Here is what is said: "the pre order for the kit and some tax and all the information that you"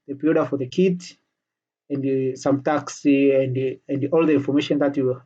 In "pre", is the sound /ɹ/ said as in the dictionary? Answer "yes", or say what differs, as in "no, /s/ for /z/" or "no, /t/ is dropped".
no, /ɹ/ is dropped